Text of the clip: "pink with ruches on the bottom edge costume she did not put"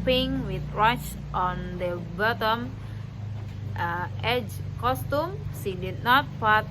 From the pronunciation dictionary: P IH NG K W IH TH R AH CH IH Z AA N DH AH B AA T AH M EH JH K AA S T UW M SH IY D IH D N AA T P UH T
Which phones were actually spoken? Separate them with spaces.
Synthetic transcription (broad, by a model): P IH NG W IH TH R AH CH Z AA N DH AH B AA T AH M EH JH K AA S T UW M S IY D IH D N AA T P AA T